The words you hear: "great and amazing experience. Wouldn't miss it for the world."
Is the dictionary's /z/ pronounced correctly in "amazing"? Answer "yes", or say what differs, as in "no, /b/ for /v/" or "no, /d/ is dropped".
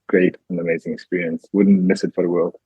yes